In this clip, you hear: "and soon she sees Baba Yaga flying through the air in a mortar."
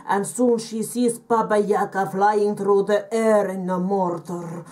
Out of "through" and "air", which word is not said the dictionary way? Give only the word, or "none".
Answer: through